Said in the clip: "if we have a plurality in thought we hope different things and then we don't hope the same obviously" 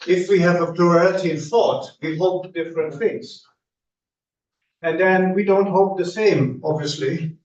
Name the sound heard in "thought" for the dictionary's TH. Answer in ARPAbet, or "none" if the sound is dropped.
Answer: TH